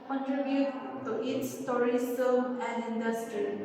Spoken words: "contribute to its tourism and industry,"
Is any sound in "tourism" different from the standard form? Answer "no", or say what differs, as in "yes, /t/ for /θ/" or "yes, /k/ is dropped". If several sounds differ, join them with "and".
yes, /s/ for /z/